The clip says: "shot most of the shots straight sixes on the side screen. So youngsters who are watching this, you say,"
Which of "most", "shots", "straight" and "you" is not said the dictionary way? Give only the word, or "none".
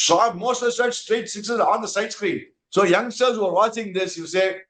shots